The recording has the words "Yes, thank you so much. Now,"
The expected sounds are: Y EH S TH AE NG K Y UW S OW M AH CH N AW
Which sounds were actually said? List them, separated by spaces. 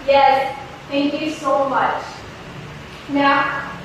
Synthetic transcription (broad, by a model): Y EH S T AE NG K Y UW S OW M AH CH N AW